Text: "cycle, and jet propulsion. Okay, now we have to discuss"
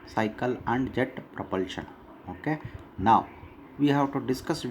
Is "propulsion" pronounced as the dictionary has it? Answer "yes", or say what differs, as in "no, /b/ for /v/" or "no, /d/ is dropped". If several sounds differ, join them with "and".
yes